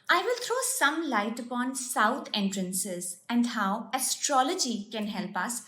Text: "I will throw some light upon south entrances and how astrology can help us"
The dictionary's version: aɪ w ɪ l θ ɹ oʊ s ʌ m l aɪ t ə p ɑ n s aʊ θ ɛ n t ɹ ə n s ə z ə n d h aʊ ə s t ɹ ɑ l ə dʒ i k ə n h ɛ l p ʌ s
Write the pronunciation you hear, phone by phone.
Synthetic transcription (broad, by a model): aɪ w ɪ l t ɹ oʊ s ʌ m l aɪ t ə p ɑ n s aʊ t ɛ n t ɹ ə n s ə z ə n d h aʊ ə s t ɹ ɑ l ə dʒ i k ə n h ɛ l p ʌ s